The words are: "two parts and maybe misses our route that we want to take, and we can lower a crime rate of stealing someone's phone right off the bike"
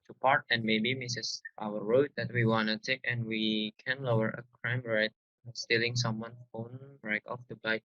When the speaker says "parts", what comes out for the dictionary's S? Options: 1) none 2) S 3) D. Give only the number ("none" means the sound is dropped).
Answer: 1